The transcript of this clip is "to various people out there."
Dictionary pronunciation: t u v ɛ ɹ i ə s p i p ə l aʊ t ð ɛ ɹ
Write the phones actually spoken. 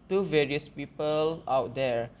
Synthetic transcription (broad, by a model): t u v ɛ ɹ i ə s p i p ə l aʊ t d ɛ ɹ